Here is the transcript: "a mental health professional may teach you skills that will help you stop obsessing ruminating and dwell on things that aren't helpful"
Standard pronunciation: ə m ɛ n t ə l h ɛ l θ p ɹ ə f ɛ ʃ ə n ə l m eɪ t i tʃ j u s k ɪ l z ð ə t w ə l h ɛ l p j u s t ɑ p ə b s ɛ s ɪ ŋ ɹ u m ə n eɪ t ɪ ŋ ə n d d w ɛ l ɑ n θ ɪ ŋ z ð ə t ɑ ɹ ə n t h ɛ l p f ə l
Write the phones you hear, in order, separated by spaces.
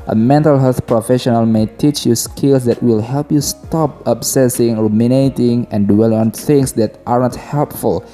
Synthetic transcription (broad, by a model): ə m ɛ n t ə l h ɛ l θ p ɹ ə f ɛ ʃ ə n ə l m eɪ t i tʃ j u s k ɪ l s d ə t w ə l h ɛ l p j u s t ɑ p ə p s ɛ s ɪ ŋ ɹ u m ə n eɪ t ɪ ŋ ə n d d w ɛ l ɑ n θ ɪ ŋ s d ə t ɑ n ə t h ɛ l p f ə l